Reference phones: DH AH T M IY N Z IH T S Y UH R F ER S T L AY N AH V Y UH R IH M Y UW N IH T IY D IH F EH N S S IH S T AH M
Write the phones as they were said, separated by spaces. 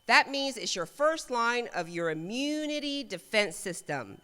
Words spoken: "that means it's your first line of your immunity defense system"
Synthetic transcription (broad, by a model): DH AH T M IY N Z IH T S Y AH R F ER S T L AY N AH V Y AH R IH M Y UW N IH T IY D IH F EH N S S IH S T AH M